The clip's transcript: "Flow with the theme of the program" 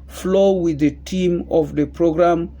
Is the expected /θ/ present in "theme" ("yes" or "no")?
no